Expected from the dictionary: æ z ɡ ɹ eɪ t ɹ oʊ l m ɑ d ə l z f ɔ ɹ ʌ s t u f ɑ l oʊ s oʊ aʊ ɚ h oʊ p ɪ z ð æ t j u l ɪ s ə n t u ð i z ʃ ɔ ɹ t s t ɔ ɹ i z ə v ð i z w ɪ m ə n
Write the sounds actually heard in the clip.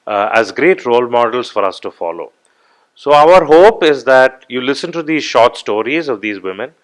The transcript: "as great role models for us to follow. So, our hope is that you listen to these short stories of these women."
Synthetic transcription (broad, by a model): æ z ɡ ɹ eɪ t ɹ oʊ l m ɑ d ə l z f ɔ ɹ ʌ s t u f ɑ l oʊ s oʊ aʊ ɚ h oʊ p ɪ z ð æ t j u l ɪ s ə n t u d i ʃ ɔ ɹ t s t ɔ ɹ i z ə v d i z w ɪ m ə n